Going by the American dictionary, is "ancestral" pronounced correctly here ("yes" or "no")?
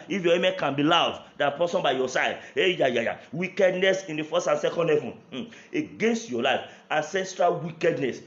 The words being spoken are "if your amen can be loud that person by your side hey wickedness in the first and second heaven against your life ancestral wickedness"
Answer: yes